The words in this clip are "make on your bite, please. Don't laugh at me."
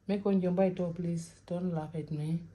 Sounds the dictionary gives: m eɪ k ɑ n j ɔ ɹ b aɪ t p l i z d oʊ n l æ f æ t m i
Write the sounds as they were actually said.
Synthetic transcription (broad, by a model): m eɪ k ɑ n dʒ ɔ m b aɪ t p l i s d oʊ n l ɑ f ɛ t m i